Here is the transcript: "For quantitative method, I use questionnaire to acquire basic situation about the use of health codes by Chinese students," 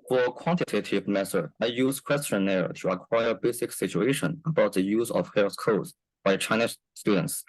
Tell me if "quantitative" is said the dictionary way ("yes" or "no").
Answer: yes